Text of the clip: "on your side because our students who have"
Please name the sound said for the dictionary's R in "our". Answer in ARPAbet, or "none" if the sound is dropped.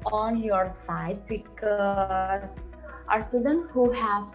R